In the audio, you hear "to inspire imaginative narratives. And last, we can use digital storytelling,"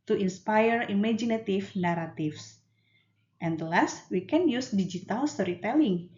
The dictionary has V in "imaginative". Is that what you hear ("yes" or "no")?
no